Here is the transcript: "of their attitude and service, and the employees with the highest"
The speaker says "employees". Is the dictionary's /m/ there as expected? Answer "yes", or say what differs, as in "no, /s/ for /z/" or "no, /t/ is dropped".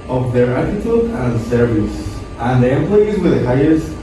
yes